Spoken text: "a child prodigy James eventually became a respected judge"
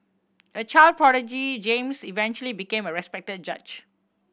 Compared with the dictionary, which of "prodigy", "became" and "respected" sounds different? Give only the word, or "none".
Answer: none